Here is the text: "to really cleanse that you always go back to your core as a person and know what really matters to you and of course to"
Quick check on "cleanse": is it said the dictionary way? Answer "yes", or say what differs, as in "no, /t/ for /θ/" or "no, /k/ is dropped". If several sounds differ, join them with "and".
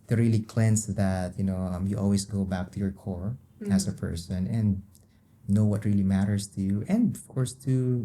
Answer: no, /s/ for /z/